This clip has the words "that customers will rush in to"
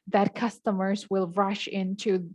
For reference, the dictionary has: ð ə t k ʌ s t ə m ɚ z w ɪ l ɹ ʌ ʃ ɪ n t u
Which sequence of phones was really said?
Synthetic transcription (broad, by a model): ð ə t k ʌ s t ə m ɚ z w ɪ l ɹ ʌ ʃ ɪ n t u